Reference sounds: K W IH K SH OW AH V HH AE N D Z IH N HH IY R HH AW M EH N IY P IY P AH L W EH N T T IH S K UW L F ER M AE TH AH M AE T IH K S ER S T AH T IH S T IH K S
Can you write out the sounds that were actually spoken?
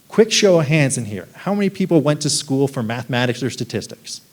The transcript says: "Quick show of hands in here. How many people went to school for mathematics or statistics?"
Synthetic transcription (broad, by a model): K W IH K SH OW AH HH AE N D Z IH N HH IY R HH AW M EH N IY P IY P L W EH N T T IH S K UW L F ER M AE TH AH M AE T IH K S ER S T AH T IH S T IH K S